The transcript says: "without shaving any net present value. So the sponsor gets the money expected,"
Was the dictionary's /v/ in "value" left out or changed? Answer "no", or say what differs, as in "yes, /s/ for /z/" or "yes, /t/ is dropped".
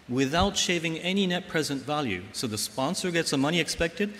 no